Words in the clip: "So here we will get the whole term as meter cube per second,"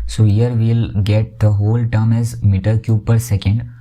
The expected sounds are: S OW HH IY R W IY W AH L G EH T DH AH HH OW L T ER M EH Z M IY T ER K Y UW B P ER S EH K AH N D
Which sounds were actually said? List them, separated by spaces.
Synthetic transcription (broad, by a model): S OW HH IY R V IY L G EH T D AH HH OW L T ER M EH Z M IY T ER K Y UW P ER S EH K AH N D